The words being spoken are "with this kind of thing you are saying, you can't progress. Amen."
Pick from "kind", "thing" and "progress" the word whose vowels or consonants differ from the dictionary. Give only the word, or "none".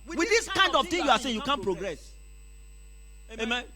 thing